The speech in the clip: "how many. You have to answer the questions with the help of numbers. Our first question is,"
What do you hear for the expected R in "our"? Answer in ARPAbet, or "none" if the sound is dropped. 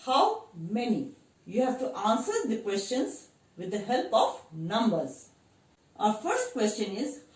R